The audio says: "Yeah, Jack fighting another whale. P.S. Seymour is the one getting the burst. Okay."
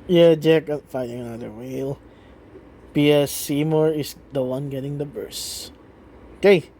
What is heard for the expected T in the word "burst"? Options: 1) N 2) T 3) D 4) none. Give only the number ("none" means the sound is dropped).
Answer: 4